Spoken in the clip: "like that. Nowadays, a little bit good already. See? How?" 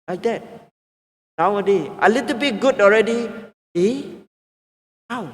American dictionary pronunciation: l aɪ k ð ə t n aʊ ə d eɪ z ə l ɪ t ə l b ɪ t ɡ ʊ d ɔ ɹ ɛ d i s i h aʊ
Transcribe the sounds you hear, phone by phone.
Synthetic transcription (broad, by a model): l aɪ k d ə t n aʊ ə d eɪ ə l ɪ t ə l b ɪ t ɡ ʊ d ɔ ɹ ɛ d i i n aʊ